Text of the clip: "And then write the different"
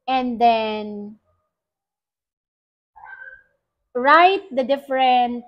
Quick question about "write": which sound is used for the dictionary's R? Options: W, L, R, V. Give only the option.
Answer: R